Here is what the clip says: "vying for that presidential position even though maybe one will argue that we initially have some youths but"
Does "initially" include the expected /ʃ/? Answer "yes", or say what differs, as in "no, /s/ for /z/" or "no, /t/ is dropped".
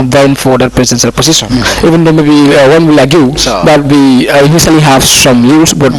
no, /s/ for /ʃ/